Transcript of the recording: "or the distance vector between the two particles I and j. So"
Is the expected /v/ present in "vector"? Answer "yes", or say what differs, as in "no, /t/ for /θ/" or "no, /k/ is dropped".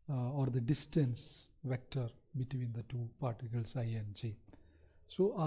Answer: yes